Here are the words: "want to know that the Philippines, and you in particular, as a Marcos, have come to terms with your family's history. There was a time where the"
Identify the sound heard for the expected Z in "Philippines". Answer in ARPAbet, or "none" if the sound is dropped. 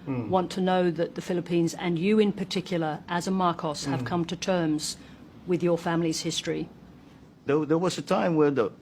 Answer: Z